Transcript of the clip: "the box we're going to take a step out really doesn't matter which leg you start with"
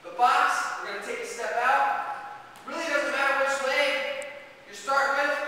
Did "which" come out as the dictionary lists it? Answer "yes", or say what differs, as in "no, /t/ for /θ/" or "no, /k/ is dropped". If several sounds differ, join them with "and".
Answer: no, /s/ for /tʃ/